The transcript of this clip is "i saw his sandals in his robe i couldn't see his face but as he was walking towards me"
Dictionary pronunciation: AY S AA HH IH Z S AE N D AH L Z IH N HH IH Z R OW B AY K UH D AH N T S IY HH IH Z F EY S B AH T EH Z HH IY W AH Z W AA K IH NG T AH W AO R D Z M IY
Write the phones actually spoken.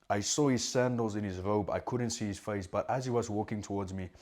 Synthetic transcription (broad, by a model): AY S AA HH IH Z S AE N D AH L Z IH N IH Z R OW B AY K UH D N T S IY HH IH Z F EY S B AH T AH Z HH IY W AH Z W AA K IH NG T AH W AO R D Z M IY